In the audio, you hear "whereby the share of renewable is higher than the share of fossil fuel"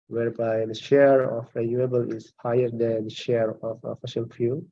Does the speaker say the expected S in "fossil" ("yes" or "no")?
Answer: no